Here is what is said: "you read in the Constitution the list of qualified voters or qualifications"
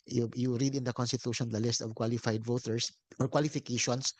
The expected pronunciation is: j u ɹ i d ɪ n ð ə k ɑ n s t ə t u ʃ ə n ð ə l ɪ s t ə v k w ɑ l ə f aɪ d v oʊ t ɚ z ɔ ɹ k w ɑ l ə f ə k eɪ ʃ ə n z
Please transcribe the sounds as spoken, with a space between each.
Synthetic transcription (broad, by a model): j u ɹ i d ɪ n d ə k ɑ n s t ə t u ʃ ə n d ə l ɪ s t ə v k w ɑ l ə f aɪ d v oʊ t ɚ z ɔ ɹ k w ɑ l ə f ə k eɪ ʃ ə n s